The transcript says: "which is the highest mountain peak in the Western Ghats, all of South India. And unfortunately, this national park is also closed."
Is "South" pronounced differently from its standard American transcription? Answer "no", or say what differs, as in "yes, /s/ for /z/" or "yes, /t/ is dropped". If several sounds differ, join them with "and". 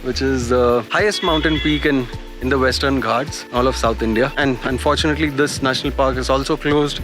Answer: yes, /t/ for /θ/